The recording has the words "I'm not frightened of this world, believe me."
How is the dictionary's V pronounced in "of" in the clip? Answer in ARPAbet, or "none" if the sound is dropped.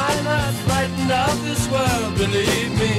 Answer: P